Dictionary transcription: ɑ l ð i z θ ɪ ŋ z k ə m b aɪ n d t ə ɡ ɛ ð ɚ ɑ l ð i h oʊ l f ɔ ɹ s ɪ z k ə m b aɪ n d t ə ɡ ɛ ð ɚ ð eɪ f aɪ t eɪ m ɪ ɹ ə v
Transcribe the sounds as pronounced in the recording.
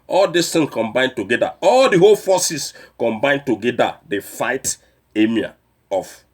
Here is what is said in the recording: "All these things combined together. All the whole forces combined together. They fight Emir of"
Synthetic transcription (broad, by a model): ɑ l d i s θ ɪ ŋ k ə m b aɪ n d t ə ɡ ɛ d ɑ ɑ l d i h oʊ l f ɔ s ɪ s k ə m b aɪ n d t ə ɡ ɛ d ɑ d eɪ f aɪ t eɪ m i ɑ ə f